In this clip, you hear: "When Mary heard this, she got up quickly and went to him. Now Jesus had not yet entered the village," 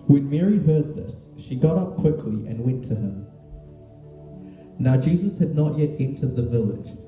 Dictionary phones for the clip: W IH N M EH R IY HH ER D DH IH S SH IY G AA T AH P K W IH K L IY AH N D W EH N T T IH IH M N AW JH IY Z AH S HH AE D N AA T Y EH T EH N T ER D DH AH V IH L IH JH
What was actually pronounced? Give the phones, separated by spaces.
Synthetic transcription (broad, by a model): W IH N M EH R IY HH ER D DH IH S SH IY G AA T AH P K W IH K L IY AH N W EH N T T IH IH M N AW JH IY Z AH S HH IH D N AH T Y EH T EH N T ER D DH AH V IH L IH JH